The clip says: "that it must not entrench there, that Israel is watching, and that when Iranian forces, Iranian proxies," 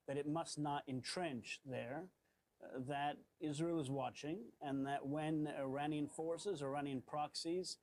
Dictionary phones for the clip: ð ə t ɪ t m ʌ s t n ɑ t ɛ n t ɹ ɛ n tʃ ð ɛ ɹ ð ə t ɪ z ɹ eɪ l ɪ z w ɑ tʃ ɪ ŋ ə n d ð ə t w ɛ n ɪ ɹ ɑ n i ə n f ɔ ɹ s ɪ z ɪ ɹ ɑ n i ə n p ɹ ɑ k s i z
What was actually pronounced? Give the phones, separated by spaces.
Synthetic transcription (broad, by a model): ð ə t ɪ t m ʌ s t n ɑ t ɛ n t ɹ ɛ n tʃ ð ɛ ɹ ð ə t ɪ z ɹ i l ɪ z w ɑ tʃ ɪ ŋ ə n ð ə t w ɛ n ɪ ɹ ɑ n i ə n f ɔ ɹ s ɪ z ɪ ɹ ɑ n i ə n p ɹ ɑ k s i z